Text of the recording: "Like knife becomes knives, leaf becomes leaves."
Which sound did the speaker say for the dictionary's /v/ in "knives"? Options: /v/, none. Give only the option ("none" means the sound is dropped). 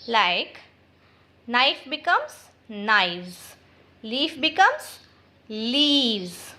none